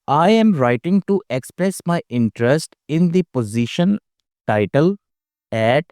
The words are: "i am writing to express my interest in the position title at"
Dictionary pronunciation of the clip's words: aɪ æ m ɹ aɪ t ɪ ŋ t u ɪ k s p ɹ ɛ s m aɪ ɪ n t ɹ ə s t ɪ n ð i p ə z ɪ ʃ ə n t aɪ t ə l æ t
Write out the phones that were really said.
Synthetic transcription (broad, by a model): aɪ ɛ m ɹ aɪ t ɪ ŋ t u ɪ k s p ɹ ɛ s m aɪ ɪ n t ɹ ə s t ɪ n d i p ə z ɪ ʃ ə n t aɪ t ə l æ t